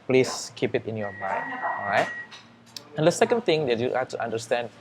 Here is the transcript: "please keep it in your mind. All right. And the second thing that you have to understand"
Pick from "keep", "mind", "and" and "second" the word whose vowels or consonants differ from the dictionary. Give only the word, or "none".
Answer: mind